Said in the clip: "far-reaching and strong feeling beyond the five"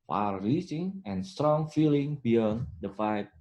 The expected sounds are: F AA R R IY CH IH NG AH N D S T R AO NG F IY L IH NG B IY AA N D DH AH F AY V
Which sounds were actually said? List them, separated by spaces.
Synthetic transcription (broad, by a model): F AA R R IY S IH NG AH N S T R AO NG F IY L IH NG B IY AA N D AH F AY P